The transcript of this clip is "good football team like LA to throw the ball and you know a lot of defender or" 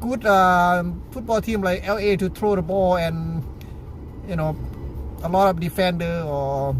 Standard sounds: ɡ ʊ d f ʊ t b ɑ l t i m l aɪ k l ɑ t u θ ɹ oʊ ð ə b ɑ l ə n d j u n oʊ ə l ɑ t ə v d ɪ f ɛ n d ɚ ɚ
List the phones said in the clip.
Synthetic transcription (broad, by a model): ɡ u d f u t b ɑ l t i m l aɪ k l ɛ t u t ɹ oʊ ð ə b ɑ l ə n j u n oʊ ə l ɑ t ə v d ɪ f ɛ n d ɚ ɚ